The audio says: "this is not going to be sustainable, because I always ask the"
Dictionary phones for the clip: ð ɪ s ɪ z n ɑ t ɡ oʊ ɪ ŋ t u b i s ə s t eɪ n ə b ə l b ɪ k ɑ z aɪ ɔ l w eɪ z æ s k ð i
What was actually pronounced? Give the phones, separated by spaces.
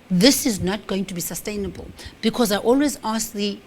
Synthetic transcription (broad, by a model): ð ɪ s ɪ z n ɑ t ɡ oʊ ɪ ŋ t u b i s ə s t eɪ n ə b ə l b ɪ k ɑ z aɪ ɔ l w eɪ z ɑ s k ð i